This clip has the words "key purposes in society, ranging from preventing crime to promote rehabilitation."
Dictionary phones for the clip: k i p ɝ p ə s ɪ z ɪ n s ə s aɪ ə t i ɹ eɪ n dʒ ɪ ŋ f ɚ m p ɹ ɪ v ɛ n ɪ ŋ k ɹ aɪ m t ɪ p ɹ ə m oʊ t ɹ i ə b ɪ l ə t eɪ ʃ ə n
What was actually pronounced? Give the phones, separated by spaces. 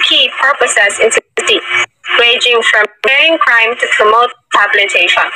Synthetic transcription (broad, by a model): k i p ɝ p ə s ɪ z ɪ n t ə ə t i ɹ eɪ dʒ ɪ ŋ f ɹ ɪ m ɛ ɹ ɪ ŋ k ɹ aɪ m t ɪ p ɹ ə m oʊ t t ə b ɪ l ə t eɪ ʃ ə n